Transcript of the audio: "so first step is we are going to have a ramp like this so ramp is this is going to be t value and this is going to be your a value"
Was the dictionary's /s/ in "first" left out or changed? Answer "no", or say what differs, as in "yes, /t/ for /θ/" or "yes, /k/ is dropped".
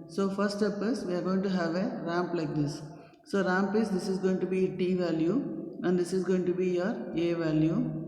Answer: yes, /s/ is dropped